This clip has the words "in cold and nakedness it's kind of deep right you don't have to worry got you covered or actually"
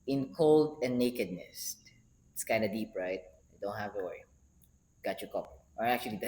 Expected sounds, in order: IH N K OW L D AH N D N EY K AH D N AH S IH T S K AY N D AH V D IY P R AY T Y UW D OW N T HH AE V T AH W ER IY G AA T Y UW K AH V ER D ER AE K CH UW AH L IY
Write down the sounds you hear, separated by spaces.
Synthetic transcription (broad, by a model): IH N K OW L D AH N N EY K AH D N AH S IH T S K AY N D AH D IY P R AY T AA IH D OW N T HH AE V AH W ER IY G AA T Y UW K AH P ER AA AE K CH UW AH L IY